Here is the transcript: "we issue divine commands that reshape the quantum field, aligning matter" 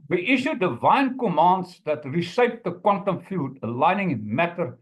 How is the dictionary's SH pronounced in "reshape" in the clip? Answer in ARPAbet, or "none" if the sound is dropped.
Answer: S